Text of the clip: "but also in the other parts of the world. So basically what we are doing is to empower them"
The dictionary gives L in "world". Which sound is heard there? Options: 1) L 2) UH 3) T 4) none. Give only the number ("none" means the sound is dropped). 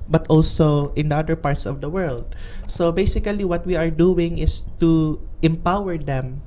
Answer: 1